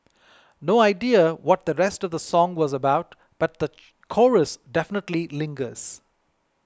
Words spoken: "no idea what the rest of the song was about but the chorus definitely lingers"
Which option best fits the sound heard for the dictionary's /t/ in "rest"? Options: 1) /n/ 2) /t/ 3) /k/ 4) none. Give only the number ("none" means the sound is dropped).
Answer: 2